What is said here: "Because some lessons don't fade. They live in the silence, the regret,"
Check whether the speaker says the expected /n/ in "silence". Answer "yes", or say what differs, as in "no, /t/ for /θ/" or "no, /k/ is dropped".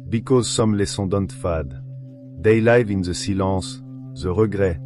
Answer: no, /n/ is dropped